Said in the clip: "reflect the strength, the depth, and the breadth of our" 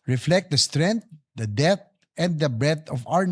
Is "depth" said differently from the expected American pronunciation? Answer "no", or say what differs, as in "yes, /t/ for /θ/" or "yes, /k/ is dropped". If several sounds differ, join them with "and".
yes, /p/ is dropped